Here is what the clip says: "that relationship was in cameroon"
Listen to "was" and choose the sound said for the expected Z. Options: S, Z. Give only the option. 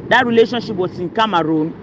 S